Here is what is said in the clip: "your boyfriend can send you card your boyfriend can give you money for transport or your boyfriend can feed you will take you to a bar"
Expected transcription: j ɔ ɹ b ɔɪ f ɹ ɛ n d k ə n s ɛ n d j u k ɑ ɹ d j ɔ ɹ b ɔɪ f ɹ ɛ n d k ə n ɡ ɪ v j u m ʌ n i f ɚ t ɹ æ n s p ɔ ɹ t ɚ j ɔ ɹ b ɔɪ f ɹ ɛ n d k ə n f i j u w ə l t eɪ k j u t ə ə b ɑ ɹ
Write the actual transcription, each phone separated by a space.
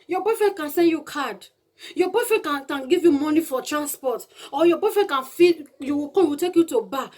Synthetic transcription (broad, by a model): j ɔ b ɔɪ f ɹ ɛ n k ə n s ɛ n d j u k ɑ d j ɔ b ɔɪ f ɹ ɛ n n k ə n ɡ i v j u m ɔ n i f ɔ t ɹ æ n s p ɔ t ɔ j ɔ b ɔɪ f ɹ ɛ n k ə n f i j u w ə w t eɪ k j u t ə b ɑ